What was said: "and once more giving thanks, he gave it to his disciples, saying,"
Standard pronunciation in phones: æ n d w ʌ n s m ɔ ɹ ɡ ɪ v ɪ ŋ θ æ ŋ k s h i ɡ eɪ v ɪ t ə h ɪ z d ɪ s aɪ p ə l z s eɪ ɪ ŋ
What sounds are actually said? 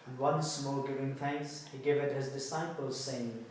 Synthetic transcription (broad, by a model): w ʌ n s m ɔ l ɡ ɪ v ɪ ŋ θ æ ŋ k s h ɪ ɡ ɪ v ɪ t h ɪ z d ɪ s aɪ p ə l z s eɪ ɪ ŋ